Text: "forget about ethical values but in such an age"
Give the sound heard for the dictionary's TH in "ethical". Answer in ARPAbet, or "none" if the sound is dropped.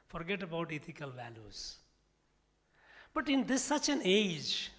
T